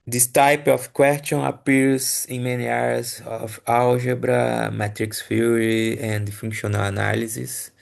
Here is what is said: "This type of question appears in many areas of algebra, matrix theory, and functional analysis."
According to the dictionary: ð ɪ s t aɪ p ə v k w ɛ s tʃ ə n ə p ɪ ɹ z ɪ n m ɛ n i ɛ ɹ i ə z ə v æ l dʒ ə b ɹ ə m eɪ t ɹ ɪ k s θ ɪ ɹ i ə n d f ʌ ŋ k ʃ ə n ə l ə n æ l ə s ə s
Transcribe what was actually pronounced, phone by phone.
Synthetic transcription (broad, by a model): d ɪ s t aɪ p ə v k w ɛ s tʃ ə n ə p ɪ ɹ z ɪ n m ɛ n i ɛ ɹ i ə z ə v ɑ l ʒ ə b ɹ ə m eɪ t ɹ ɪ k s f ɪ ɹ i ə n d f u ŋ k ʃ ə n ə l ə n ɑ l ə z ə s